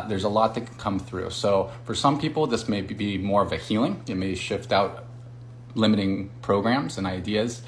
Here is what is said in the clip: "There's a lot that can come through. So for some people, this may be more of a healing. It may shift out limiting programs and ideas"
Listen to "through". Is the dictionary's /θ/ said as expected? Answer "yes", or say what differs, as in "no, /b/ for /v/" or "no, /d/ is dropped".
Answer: yes